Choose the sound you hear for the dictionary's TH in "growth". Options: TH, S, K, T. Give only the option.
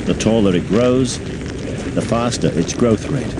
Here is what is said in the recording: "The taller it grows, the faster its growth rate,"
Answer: TH